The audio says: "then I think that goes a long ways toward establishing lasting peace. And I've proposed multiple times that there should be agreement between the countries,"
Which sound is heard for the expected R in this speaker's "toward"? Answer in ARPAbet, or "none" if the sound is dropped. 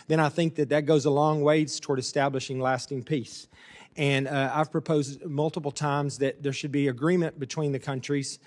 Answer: R